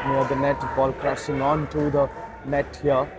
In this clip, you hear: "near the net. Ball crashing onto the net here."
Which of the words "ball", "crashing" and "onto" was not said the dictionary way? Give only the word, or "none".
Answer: crashing